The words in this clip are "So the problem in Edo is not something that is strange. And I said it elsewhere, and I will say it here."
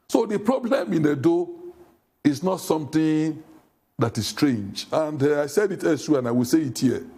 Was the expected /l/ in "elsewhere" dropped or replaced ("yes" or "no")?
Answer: yes